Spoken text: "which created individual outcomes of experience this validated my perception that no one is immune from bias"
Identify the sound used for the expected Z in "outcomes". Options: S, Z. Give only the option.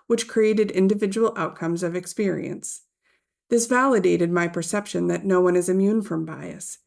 Z